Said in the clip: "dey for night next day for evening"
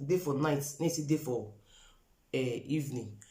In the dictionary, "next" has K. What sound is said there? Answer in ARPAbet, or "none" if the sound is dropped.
none